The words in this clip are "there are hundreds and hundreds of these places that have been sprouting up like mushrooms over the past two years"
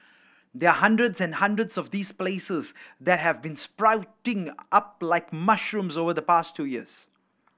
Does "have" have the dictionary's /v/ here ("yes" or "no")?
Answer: yes